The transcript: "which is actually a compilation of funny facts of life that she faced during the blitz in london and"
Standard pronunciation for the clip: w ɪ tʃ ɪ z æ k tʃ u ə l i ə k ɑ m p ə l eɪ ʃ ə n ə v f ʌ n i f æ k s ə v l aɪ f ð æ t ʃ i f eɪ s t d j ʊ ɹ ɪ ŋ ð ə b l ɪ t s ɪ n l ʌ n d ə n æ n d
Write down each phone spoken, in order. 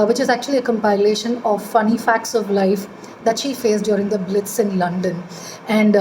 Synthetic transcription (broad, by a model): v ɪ tʃ ɪ z æ k tʃ u ə l i ə k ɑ m p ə l eɪ ʃ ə n ə v f ʌ n i f æ k s ə v l aɪ f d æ t ʃ i f eɪ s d j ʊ ɹ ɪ ŋ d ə b l ɪ t s ɪ n l ʌ n d ə n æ n d